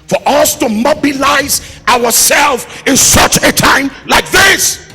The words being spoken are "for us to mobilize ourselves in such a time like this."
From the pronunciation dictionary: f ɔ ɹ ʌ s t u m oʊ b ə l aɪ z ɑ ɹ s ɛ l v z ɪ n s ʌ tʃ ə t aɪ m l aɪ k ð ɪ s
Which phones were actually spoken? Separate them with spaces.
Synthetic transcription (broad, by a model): f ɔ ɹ ʌ s t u m oʊ b ə l aɪ z ɑ ɹ s ɛ l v ɪ n s ʌ tʃ ə t aɪ m l aɪ k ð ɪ s